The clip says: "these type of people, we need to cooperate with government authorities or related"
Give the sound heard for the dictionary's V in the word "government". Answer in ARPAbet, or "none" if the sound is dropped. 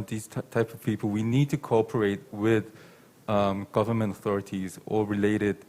V